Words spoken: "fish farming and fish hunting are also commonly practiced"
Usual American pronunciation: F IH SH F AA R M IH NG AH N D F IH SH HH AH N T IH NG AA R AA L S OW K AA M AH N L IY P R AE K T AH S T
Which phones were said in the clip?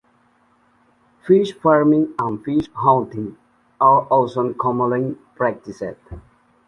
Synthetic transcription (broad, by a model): F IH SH F AA R M IH NG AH N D F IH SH HH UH N T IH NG AA R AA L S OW K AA M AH L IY P R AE K T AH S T